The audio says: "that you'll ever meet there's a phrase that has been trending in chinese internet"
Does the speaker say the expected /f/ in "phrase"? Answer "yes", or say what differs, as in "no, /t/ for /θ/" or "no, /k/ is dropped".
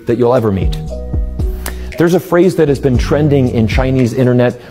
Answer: yes